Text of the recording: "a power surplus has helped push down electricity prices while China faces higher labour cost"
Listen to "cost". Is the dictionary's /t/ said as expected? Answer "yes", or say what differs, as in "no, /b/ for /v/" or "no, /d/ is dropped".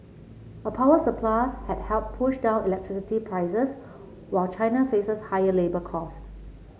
yes